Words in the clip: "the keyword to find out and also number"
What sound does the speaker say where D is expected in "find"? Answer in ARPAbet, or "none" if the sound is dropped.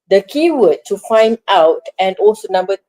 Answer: D